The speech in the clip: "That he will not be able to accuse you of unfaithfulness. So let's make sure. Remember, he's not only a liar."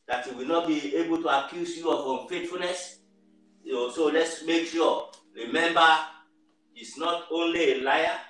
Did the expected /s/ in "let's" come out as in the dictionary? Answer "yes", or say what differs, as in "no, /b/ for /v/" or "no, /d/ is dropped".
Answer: yes